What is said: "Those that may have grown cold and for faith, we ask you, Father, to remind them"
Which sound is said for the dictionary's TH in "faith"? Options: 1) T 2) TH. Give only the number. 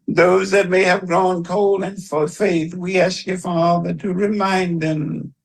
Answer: 2